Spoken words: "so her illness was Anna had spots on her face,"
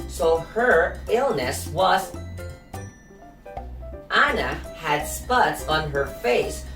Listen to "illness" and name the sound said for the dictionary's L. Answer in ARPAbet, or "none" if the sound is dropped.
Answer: L